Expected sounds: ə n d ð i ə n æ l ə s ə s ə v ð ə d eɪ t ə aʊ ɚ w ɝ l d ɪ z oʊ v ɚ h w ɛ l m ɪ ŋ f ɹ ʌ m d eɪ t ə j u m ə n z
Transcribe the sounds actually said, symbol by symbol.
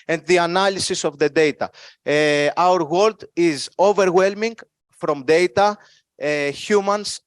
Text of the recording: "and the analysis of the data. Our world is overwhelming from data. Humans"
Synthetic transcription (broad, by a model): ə n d ð i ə n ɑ l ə s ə s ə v ð ə d eɪ t ə aʊ ɚ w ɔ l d ɪ z oʊ v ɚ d w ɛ l m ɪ ŋ f ɹ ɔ m d eɪ t ə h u m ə n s